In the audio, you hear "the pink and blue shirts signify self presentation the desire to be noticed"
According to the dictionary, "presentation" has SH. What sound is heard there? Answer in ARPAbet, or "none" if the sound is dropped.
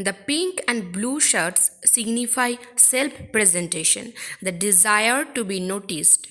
SH